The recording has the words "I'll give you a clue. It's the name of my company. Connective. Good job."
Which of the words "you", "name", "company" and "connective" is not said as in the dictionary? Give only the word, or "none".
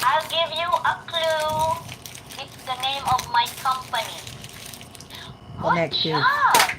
connective